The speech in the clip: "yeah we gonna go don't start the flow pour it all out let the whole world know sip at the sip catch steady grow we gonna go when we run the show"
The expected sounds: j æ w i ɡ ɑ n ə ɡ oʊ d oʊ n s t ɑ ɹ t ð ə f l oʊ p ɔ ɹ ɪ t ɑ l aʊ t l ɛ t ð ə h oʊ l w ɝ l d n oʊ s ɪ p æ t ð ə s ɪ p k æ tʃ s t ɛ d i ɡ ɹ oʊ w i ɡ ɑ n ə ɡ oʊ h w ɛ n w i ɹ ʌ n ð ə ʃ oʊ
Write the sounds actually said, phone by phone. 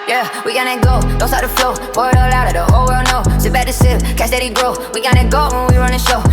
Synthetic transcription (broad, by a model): j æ w i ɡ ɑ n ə ɡ oʊ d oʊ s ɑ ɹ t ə f l oʊ b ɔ ɪ t ɑ l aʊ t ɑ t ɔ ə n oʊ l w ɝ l n oʊ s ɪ b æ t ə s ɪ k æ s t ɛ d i ɡ ɹ oʊ w i ɡ ɑ n ə ɡ oʊ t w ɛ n w i ɹ ʌ n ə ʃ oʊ